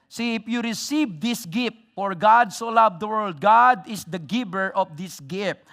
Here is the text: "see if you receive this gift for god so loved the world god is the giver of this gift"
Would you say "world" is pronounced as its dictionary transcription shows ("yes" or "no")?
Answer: yes